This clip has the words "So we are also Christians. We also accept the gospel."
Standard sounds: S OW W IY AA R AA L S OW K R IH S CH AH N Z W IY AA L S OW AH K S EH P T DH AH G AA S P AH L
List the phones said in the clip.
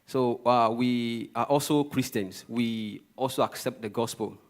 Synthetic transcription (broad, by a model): S OW W IY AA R AA L S OW K R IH S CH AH N S W IY AA L S OW AH K S EH P T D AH G AA S P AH L